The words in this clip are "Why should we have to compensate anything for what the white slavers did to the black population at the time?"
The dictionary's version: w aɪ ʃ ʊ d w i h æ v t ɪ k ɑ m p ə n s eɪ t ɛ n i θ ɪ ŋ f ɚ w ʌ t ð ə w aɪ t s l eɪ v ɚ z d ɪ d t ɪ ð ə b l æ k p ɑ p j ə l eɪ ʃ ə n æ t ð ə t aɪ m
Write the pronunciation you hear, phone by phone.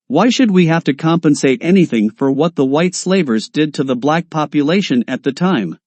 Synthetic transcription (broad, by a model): w aɪ ʃ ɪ d w i h æ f t ɪ k ɑ m p ə n s eɪ t ɛ n i θ ɪ ŋ f ɚ w ʌ t ð ə w aɪ t s l eɪ v ɚ z d ɪ d t ɪ ð ə b l æ k p ɑ p j ə l eɪ ʃ ə n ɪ t ð ə t aɪ m